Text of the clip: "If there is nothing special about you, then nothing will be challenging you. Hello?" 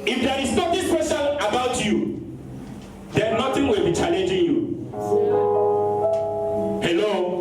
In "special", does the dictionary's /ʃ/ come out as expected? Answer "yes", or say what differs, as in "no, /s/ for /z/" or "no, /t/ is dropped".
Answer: no, /s/ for /ʃ/